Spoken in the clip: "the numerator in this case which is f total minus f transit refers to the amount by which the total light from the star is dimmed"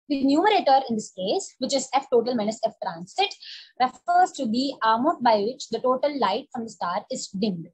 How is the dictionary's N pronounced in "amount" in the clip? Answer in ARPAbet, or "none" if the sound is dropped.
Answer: none